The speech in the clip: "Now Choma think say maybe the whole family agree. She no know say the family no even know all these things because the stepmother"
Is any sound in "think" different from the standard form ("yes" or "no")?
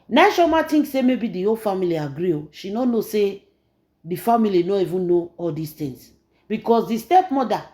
yes